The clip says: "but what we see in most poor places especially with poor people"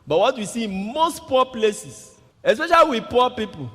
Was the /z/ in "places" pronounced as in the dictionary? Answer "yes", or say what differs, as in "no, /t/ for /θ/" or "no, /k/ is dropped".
no, /s/ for /z/